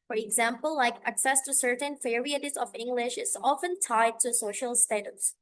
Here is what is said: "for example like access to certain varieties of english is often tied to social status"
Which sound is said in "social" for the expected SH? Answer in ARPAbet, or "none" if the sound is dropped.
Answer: SH